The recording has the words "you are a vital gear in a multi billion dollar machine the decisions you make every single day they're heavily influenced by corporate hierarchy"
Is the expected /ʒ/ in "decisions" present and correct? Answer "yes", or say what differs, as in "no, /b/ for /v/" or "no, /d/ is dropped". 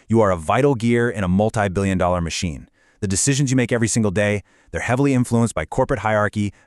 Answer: yes